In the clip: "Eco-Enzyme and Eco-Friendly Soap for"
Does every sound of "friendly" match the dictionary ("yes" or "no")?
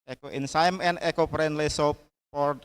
no